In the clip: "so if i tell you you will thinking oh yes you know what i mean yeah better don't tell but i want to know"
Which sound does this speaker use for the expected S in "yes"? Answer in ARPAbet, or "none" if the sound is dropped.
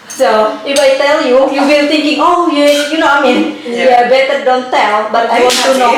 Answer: none